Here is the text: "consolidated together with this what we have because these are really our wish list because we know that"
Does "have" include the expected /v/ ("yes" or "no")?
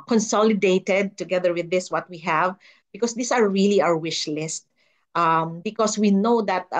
yes